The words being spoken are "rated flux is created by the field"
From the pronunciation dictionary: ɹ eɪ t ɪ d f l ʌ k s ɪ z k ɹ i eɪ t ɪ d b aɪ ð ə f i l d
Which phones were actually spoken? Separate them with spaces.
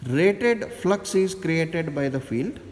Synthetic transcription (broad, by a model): ɹ eɪ t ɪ d f l ʌ k s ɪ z k ɹ i eɪ t ɪ d b aɪ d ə f i l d